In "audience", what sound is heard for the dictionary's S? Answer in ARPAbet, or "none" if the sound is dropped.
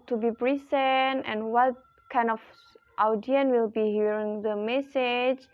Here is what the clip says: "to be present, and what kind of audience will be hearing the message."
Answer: none